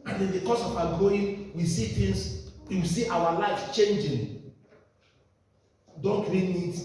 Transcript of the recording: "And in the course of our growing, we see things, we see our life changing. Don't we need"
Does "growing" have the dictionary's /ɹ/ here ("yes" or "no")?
no